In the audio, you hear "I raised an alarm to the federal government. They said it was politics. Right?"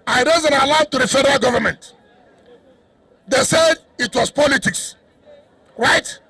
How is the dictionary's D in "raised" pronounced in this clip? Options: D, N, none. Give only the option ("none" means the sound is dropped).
none